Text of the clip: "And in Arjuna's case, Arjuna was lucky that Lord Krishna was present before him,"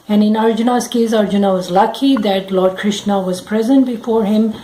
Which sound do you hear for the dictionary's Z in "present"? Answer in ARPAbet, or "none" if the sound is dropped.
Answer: Z